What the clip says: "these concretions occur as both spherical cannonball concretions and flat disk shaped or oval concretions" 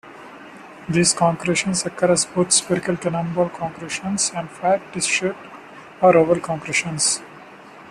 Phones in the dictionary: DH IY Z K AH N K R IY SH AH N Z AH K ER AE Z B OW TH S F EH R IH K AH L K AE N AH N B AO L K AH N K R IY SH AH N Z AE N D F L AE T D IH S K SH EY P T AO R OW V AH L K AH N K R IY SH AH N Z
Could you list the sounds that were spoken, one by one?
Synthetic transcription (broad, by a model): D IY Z K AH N K R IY SH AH N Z AH K ER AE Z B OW T S P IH R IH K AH L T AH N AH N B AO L K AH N K R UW SH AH N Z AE N D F AE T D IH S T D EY T AO R OW V AH L K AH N K R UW SH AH N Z